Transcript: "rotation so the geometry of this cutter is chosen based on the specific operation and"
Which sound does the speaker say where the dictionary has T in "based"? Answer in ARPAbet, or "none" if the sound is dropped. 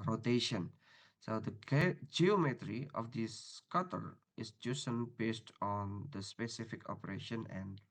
T